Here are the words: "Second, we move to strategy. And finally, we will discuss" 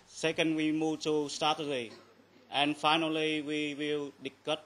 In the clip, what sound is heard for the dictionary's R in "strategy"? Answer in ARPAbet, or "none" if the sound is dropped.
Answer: none